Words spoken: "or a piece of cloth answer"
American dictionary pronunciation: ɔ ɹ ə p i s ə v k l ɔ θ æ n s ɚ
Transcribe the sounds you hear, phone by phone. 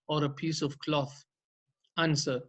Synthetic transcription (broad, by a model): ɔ ɹ ə p i s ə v k l ɔ θ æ n s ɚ